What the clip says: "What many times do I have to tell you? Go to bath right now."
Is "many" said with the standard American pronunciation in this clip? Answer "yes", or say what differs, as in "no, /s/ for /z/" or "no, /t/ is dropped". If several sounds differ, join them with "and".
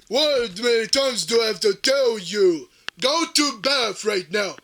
no, /n/ is dropped